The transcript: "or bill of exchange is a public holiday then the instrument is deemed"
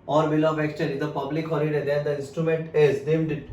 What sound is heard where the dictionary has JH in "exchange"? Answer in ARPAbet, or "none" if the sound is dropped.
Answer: none